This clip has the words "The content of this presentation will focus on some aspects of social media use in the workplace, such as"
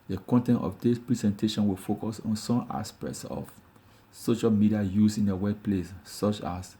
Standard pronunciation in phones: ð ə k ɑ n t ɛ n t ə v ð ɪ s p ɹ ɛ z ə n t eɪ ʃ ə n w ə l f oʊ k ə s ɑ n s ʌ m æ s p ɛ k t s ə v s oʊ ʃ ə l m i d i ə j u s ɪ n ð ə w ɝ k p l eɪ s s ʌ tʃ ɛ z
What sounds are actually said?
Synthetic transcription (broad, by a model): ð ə k ɑ n t ɛ n t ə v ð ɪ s p ɹ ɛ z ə n t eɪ ʃ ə n w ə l f oʊ k ə s ɑ n s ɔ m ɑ s p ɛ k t s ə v s oʊ ʃ ə l m i d i ə j u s ɪ n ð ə w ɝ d p l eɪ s s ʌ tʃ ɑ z